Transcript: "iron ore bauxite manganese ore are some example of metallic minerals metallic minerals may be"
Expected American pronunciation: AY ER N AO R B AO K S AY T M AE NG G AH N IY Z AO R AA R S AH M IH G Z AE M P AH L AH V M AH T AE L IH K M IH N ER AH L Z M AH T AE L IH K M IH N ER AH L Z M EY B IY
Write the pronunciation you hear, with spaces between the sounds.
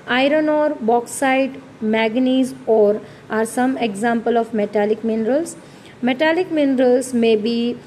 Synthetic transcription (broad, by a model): AY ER N AO R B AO K S AY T M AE G N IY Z AO R AA R S AH M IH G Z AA M P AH L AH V M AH T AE L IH K M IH N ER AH L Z M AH T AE L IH K M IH N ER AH L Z M EY B IY